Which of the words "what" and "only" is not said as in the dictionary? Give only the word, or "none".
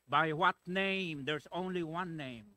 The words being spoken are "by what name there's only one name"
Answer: none